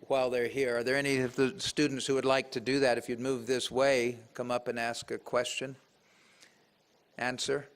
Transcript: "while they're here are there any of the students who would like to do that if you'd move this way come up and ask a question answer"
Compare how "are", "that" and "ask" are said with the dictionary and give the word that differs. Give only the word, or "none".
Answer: none